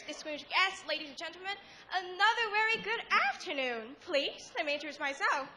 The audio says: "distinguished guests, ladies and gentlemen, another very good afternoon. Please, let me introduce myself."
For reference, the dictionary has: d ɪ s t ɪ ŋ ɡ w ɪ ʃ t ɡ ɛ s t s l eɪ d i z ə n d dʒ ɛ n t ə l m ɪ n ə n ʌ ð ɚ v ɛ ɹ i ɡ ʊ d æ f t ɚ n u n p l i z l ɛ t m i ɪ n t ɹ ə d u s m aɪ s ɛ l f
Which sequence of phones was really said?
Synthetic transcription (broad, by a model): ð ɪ s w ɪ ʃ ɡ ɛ s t l eɪ d i z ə n dʒ ɛ n t l m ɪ n ə n ʌ ð ɚ v ɛ ɹ i ɡ ʊ d æ f t ɚ n u n p l i z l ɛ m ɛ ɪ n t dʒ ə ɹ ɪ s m aɪ s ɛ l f